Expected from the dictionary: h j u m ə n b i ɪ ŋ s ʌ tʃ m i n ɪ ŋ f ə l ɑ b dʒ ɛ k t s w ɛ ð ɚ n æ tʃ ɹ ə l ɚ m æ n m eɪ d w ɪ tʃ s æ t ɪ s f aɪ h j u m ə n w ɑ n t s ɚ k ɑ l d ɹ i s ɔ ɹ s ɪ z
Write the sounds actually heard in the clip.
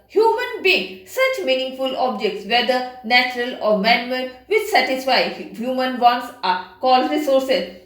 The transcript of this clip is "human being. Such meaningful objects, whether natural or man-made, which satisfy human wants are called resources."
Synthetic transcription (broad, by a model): h j u m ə n b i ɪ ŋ s ʌ tʃ m i n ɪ ŋ f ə l ɑ b dʒ ɛ k t s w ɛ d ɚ n æ tʃ ɹ ə l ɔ m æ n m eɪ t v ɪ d s æ t ɪ s f aɪ h j u m ə n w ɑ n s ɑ k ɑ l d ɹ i s ɔ ɹ s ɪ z